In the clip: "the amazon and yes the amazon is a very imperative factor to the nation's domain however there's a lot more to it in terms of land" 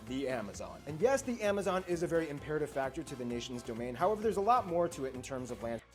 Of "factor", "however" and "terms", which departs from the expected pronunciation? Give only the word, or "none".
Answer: none